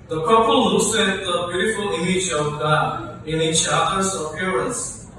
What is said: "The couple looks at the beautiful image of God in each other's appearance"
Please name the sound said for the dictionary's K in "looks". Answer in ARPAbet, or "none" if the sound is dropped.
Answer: none